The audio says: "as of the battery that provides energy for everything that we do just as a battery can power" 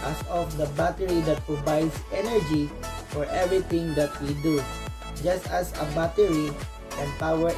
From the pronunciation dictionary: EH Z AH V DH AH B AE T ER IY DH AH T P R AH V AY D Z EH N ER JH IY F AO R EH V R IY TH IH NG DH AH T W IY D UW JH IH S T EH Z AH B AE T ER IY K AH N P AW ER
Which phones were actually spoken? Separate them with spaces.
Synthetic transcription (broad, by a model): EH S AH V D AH B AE T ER IY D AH T P R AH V AY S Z EH N ER JH IY F AO R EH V R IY T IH NG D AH T W IY D UW JH IH S T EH S AH B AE T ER IY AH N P AW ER